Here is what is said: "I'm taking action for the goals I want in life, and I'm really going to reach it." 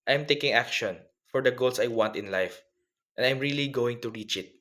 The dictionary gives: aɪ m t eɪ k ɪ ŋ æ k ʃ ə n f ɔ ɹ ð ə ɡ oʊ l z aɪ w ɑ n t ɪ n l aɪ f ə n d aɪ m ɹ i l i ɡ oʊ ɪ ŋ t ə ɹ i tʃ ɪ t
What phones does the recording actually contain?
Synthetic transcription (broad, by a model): aɪ m t eɪ k ɪ ŋ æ k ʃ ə n f ɔ ɹ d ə ɡ oʊ l s aɪ w ɑ n t ɪ n l aɪ f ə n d aɪ m ɹ i l i ɡ oʊ ɪ ŋ t ə ɹ i tʃ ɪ t